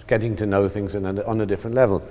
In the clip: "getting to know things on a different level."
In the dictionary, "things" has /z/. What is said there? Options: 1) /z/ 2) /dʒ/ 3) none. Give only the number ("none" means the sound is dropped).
1